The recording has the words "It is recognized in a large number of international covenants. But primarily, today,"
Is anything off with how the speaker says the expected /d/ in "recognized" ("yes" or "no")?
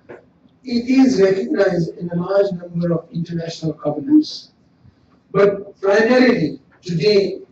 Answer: no